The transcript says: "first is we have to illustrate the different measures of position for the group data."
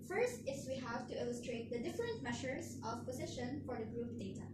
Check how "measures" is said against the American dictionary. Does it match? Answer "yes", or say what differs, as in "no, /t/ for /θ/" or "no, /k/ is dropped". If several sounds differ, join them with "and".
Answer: no, /ʃ/ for /ʒ/